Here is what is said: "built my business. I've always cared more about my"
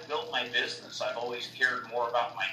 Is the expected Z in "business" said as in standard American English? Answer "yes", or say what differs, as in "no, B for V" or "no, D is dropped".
yes